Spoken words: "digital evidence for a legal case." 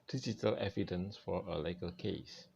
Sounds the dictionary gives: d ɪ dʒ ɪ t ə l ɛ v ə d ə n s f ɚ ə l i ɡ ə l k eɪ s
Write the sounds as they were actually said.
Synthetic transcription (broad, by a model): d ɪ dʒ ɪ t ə l ɛ v ə d ə n s f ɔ ə l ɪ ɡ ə l k eɪ s